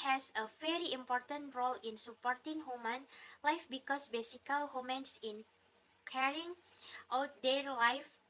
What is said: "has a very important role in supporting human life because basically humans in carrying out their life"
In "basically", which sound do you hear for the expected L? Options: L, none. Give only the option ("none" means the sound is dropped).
none